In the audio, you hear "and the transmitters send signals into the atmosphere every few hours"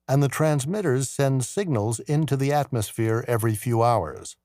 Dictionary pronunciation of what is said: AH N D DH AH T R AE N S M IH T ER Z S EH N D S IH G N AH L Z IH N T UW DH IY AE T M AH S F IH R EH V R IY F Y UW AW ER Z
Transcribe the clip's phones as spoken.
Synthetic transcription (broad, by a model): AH N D DH AH T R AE N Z M IH T ER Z S EH N D S IH G N AH L Z IH N T UW DH IY AE T M AH S F IH R EH V R IY F Y UW AW ER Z